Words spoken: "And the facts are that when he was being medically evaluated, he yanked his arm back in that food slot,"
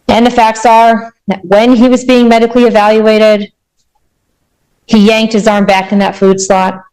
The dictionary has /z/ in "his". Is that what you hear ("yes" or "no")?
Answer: yes